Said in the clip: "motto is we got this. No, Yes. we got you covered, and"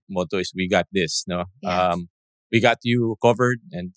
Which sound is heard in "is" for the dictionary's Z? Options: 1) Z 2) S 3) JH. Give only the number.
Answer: 2